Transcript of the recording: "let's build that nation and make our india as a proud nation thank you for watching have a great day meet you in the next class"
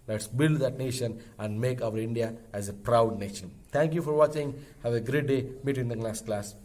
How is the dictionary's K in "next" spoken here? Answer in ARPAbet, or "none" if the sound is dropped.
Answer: none